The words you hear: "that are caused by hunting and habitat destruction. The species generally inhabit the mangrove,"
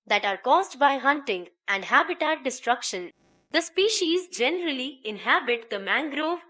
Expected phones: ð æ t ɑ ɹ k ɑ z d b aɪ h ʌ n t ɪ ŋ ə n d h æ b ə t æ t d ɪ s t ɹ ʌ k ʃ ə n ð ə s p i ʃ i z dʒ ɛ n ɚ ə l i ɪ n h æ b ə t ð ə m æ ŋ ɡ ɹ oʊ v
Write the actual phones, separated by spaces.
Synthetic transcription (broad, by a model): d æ t ɑ ɹ k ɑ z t b aɪ h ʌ n t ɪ ŋ ə n d h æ b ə t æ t d ɪ s t ɹ ʌ k ʃ ə n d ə s p i ʃ i z dʒ ɛ n ɚ ə l i ɪ n h æ b ə t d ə m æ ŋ ɡ ɹ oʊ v